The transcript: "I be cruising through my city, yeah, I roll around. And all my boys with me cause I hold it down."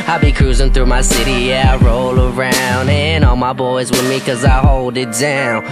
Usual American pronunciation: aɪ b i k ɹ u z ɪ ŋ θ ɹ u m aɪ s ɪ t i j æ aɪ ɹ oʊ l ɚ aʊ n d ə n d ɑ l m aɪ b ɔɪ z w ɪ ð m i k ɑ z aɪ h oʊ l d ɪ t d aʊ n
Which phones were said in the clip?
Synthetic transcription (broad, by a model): aɪ b i k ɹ u z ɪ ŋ θ ɹ u m aɪ s ɪ t i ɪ ɹ oʊ l ɚ aʊ n d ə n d ɑ l m aɪ b ɔɪ z w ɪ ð m i k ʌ z aɪ h oʊ l d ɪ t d aʊ n